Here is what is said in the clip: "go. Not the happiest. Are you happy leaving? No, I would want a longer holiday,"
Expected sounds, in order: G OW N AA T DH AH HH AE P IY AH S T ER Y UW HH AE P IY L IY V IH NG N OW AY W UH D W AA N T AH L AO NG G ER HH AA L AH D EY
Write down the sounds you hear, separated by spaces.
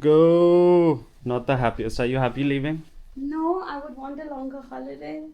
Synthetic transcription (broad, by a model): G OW N AA T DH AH HH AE P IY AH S ER Y UW HH AE P IY L IY V IH NG N OW AY W UH D W AA N T AH L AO NG G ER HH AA L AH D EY